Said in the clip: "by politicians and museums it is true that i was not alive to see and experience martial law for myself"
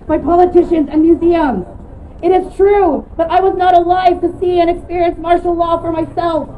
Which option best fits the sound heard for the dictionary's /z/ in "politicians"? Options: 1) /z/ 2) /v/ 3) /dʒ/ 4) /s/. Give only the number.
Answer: 1